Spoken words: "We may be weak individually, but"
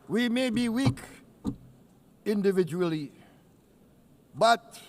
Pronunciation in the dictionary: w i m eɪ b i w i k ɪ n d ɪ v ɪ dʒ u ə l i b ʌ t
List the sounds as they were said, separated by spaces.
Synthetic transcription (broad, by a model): w i m eɪ b i w i k ɪ n d ɪ v ɪ dʒ u ə l i b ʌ t